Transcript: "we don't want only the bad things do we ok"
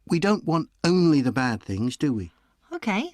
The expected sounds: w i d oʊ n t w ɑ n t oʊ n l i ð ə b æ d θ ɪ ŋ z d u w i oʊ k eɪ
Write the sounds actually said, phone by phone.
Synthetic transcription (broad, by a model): w i d oʊ n t w ɑ n t oʊ n l i ð ə b æ d θ ɪ ŋ z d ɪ w i oʊ k eɪ